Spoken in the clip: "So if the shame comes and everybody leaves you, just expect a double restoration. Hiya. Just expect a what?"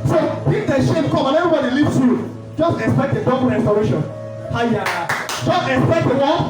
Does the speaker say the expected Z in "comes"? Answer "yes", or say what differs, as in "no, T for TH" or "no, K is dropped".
no, Z is dropped